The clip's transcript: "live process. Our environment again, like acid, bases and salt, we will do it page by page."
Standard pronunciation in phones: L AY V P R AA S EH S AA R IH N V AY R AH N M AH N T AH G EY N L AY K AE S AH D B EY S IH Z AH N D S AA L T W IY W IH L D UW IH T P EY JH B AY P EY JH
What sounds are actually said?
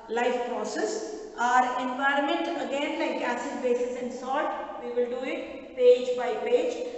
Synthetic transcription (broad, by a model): L AY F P R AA S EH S AA R IH N V AY R AH N M AH N T AH G EY N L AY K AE S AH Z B EY S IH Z AH N D S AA T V IY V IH L D UW IH T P EY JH B AY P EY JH